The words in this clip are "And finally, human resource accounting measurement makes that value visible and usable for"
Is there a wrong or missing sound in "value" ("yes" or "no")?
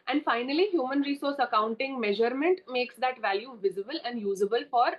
no